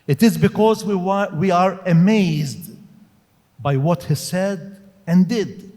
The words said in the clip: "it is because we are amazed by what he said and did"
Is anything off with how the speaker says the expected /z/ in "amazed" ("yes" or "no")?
no